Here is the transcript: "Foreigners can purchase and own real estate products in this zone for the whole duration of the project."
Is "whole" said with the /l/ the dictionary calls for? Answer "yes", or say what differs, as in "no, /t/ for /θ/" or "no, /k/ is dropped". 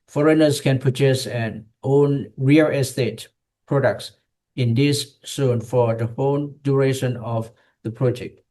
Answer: no, /n/ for /l/